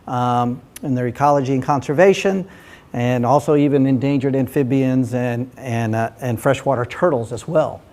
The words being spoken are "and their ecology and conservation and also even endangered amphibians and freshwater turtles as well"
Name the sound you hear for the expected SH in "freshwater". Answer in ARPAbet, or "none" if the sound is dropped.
SH